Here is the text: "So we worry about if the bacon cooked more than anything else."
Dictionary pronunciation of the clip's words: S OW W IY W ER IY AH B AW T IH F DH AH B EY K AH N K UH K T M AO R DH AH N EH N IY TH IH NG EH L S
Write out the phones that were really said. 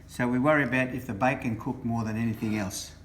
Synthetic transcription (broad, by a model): S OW W IY W ER IY AH B AW T IH F DH AH B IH K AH N K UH K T M AO R DH AH N EH N IY TH IH NG EH L S